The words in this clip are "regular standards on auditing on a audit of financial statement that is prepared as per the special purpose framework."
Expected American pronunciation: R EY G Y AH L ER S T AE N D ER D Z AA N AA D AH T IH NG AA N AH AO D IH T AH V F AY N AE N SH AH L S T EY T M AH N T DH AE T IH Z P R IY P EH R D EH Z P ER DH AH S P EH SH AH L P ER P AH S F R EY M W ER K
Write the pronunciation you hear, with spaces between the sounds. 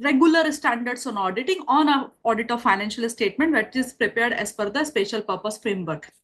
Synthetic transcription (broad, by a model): R EY G Y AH L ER S T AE N D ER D S AA N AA D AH T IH NG AA N AH AO D IH T AH V F AY N AE N SH AH L S T EY T M AH N T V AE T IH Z P R IY P EH R D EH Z F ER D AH S P EH SH AH L P ER P AH S F R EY M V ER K